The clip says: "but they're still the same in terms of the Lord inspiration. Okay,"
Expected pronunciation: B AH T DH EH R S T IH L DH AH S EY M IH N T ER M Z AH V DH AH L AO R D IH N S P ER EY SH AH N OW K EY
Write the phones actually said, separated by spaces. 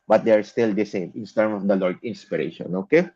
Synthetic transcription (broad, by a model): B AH T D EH R S T IH L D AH S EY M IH N T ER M AH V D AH L AO R D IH N S P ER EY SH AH N OW K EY